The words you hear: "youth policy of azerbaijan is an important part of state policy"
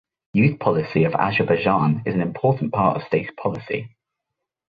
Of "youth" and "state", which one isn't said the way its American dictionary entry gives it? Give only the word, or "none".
none